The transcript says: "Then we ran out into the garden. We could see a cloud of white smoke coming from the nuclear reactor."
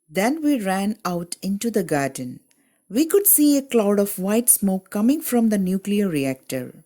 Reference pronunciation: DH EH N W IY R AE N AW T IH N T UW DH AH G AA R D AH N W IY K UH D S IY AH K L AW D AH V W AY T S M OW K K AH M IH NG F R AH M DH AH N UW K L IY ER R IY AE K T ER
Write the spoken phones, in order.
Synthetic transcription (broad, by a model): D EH N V IY R AE N AW T IH N T UW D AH G AA R D AH N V IY K UH D S IY AH K L AW D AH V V AY T S M OW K K AH M IH NG F R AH M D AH N UW K L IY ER R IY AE K T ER